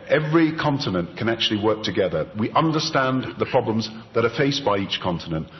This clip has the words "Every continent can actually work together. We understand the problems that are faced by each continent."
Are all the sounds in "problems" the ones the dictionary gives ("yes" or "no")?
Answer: yes